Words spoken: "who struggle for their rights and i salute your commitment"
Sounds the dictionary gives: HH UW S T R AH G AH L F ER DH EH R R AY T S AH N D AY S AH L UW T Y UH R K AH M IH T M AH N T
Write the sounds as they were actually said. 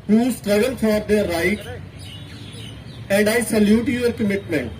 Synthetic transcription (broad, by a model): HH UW S T R AH G AH L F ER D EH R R AY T AH N D AY S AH L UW T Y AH R K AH M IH T M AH N T